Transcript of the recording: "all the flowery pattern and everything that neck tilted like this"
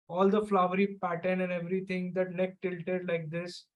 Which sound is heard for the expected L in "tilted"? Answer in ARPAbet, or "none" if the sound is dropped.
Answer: L